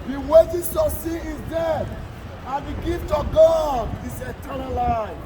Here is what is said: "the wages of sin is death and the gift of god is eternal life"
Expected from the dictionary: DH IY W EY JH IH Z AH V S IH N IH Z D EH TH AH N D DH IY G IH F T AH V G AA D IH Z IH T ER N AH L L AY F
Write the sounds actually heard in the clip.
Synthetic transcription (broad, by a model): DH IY W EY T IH S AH S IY IH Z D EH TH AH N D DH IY G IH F T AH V G AA D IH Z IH T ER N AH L L AY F